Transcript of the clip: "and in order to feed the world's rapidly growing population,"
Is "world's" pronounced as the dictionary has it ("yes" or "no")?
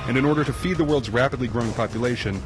yes